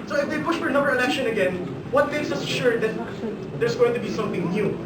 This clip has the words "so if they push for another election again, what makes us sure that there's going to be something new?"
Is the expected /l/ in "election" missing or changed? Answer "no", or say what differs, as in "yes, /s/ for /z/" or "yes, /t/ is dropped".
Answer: yes, /n/ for /l/